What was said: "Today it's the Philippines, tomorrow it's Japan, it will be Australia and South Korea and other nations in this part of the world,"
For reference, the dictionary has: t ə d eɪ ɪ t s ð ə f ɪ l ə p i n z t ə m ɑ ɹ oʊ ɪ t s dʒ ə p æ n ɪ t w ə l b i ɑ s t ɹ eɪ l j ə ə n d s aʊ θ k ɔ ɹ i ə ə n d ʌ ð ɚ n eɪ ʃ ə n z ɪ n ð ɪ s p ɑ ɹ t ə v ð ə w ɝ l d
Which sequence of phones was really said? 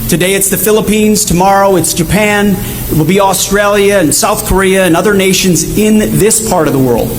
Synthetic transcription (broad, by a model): t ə d eɪ ɪ t s ð ə f ɪ l ə p i n z t ə m ɑ ɹ oʊ ɪ t s dʒ ə p æ n ɪ t w ə l b i ɑ s t ɹ eɪ l j ə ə n s aʊ θ k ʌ ɹ i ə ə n ʌ ð ɚ n eɪ ʃ ə n z ɪ n ð ɪ s p ɑ ɹ t ə v ð ə w ɝ l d